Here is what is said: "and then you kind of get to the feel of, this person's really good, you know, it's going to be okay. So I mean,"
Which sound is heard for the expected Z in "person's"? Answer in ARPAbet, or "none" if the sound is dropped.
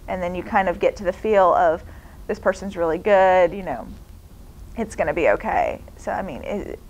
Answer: Z